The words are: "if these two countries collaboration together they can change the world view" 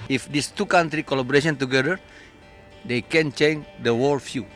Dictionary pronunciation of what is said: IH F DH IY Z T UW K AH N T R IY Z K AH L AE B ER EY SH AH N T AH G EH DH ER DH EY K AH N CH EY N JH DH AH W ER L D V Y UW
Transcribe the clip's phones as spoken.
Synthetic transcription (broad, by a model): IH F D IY S T UW K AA N T R IY K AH L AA B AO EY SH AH N T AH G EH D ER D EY K AH N CH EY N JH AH W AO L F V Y UW